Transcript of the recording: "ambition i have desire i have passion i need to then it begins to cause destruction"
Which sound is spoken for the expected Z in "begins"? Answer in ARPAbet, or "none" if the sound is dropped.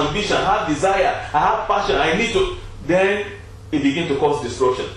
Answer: none